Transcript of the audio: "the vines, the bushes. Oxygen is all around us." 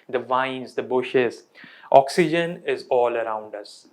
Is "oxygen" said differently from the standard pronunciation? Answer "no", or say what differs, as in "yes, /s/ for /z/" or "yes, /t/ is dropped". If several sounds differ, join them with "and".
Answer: no